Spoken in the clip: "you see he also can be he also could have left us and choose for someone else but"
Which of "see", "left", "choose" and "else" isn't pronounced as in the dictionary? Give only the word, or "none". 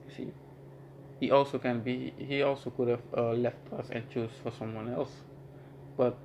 choose